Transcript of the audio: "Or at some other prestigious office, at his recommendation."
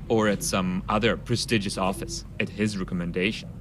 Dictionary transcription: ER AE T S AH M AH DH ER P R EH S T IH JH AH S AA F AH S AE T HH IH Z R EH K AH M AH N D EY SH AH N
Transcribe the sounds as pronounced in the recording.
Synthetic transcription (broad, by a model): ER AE T S AH M AH DH ER P R EH S T IH JH AH S AA F AH S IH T HH IH Z R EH K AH M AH N D EY SH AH N